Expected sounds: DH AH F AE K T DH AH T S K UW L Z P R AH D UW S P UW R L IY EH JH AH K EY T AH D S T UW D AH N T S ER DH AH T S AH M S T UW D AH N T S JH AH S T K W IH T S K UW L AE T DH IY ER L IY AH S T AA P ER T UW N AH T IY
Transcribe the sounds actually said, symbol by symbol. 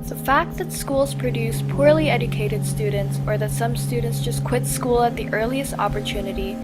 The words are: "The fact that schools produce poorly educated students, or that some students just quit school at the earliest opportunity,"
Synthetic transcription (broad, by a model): DH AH F AE K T DH AH T S K UW L Z P R AH D UW S P UW R L IY EH JH AH K EY T AH D S T UW D N T S ER DH AH T S AH M S T UW D N T S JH AH S K W IH T S K UW L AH T DH IY ER L IY AH S T AA P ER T UW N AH T IY